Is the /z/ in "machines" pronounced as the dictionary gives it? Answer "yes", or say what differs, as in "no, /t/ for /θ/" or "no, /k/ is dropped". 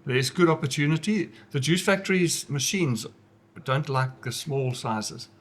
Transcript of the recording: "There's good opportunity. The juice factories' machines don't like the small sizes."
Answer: yes